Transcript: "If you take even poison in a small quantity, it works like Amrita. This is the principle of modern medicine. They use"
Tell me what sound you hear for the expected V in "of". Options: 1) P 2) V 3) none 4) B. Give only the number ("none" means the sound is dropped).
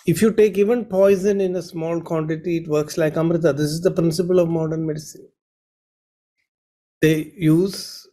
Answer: 2